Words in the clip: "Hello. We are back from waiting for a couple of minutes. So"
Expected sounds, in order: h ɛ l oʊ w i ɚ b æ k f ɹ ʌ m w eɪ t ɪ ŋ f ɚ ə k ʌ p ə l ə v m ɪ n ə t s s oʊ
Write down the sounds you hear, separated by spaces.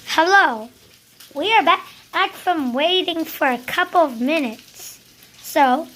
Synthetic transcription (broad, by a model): h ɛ l oʊ w i ɚ b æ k f ɹ ʌ m w eɪ t ɪ ŋ f ɚ ə k ʌ p l ə v m ɪ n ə t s s oʊ